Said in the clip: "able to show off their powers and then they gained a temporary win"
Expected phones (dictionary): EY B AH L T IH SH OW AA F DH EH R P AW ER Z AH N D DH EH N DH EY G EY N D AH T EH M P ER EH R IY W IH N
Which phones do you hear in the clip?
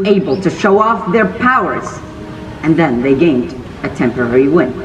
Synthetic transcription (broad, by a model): EY B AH L T IH SH OW AA F DH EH R P AW ER Z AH N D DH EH N DH EY G EY N D AH T EH M P ER EH R IY W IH N